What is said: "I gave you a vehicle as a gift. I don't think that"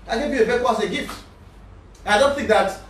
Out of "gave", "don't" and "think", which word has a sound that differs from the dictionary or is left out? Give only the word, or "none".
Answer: none